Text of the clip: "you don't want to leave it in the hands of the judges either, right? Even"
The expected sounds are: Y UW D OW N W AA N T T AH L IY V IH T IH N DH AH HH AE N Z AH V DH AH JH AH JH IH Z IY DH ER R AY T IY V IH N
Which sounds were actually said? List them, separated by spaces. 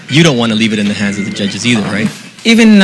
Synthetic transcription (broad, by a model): Y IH D OW N W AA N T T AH L IY V IH T IH N DH AH HH AE N Z AH V DH AH JH AH JH IH Z IY DH ER R AY T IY V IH N